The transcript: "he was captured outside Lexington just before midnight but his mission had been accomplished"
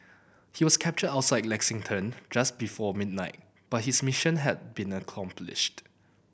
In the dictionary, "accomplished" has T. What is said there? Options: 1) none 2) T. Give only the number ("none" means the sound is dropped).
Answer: 2